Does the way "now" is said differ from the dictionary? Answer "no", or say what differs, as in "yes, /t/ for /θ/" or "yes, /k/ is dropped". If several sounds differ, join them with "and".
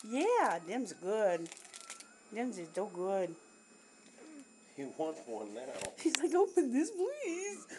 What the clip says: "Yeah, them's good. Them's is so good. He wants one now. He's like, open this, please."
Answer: yes, /l/ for /n/